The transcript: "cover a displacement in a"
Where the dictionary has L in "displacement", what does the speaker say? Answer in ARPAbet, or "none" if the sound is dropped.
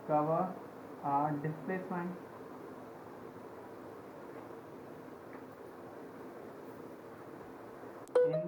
none